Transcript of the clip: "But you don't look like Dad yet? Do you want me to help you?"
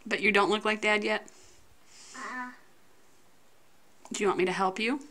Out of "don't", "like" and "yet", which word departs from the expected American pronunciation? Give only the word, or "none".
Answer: none